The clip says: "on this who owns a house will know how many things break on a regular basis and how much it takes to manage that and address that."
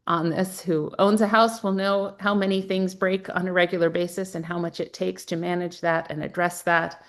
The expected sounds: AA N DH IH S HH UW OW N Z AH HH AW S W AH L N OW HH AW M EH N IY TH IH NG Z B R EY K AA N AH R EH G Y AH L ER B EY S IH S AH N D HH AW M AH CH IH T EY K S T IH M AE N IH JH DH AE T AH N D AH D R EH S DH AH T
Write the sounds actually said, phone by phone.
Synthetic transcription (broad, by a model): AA N DH IH S HH UW OW N Z AH HH AW S W AH L N OW HH AW M EH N IY TH IH NG Z B R EY K N AH R EH G Y L ER B EY S IH S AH N HH AW M AH CH IH T EY K S T IH M AE N IH JH DH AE T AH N AH D R EH S DH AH T